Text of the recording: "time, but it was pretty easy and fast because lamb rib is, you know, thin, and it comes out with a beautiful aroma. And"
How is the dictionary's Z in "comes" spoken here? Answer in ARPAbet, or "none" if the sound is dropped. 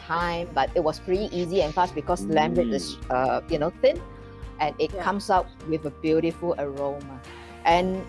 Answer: S